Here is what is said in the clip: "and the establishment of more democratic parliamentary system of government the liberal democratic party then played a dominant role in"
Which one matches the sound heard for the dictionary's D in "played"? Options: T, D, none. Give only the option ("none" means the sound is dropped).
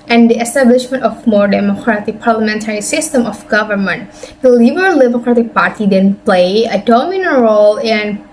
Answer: none